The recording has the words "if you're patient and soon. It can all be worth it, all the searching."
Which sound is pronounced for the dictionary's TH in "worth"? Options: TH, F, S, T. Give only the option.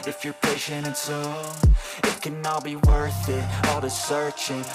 TH